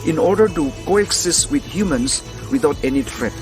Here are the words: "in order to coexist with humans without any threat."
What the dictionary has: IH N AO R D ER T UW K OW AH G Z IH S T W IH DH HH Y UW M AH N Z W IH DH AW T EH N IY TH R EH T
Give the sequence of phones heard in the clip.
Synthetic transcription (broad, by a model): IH N AO R D ER T UW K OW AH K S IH S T W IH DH HH Y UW M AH N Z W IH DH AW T EH N IY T R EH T